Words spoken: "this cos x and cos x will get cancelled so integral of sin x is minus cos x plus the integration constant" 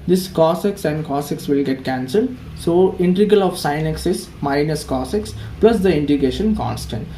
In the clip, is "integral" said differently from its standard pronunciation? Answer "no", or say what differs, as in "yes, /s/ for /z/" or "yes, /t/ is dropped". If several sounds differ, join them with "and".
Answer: yes, /ɹ/ is dropped